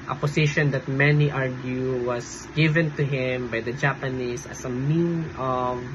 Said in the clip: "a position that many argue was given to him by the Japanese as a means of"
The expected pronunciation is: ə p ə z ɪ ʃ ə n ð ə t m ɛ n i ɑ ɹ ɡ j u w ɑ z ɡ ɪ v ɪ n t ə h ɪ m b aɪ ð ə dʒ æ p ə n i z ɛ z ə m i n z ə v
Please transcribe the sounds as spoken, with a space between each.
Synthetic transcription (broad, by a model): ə p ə s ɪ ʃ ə n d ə t m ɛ n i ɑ ɹ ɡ j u w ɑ s ɡ ɪ v ɪ n t ə h ɪ m b aɪ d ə dʒ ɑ p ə n i s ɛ s ə m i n ə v